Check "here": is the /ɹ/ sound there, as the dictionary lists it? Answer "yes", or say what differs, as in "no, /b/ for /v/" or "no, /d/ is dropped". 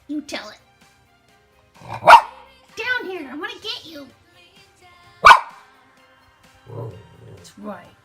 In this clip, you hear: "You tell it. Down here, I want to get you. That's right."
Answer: yes